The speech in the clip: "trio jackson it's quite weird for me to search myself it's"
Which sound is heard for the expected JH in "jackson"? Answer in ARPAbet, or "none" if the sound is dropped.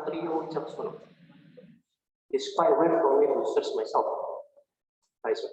CH